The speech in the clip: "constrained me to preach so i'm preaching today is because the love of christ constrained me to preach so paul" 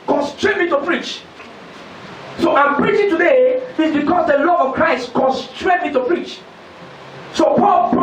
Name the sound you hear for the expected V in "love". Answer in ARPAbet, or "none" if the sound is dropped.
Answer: none